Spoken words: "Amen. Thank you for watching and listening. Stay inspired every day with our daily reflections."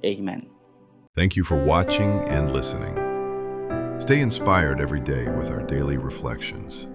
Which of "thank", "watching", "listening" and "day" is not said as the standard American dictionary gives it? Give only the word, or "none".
none